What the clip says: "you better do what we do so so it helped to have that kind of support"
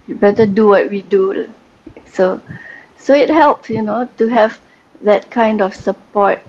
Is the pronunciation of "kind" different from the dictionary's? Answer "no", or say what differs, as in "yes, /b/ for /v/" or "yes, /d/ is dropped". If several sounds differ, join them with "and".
no